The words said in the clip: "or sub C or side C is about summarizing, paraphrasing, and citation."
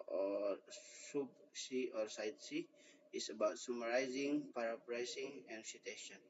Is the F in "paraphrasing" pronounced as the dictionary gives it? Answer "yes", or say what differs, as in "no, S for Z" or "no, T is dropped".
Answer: no, P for F